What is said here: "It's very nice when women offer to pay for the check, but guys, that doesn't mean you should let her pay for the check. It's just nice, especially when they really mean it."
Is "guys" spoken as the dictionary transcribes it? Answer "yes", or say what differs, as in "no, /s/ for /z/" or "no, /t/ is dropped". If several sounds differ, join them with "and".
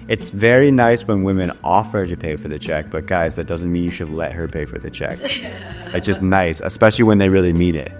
yes